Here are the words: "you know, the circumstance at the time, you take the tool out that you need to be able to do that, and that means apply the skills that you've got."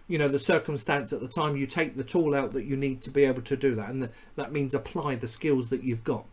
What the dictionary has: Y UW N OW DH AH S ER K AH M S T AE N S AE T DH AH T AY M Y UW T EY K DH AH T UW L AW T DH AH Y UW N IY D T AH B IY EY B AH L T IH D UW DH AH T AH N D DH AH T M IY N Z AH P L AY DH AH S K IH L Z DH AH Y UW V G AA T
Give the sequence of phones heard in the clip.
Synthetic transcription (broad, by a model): Y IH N OW DH AH S ER K AH M S T AE N S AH T DH AH T AY M Y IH T EY K DH AH T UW L AW T DH AH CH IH N IY D T AH B IY EY B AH L T IH D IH DH AH T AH N DH AH T M IY N Z AH P L AY DH AH S K IH L Z DH AH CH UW V G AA T